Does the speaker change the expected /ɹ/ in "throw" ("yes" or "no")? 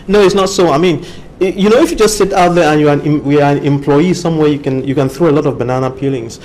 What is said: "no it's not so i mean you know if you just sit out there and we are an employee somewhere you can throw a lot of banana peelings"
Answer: no